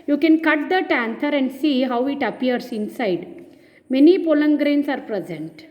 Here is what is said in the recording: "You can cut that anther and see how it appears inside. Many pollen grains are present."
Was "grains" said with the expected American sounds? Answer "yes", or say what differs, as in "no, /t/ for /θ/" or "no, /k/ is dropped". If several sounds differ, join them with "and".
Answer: no, /s/ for /z/